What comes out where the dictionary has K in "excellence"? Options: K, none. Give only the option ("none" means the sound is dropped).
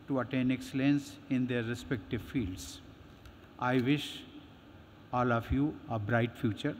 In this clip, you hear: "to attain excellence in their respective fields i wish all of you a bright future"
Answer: K